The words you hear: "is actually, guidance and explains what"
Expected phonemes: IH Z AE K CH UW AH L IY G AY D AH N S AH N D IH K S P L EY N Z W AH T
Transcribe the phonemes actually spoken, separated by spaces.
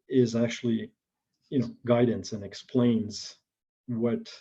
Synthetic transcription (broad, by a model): IH Z AE K CH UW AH N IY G AY D N S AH N IH K S P L EY N Z W AH T